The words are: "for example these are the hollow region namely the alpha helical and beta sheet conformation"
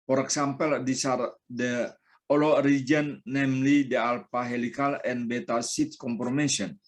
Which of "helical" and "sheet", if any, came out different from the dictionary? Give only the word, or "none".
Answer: sheet